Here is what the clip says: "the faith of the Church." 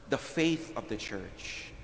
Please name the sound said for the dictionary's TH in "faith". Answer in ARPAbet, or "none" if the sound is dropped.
TH